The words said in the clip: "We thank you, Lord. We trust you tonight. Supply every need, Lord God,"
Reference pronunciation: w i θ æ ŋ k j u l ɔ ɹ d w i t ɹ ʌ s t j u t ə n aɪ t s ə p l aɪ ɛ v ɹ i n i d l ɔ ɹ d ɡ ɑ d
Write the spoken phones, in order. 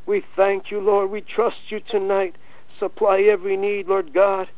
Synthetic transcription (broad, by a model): w i θ æ ŋ k j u l ɔ ɹ d w i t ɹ ʌ s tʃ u t ə n aɪ t s ə p l aɪ ɛ v ɹ i n i d l ɔ ɹ d ɡ ɑ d